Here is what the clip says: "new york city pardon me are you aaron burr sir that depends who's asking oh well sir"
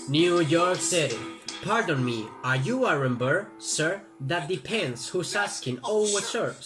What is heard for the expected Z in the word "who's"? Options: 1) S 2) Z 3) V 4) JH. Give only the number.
1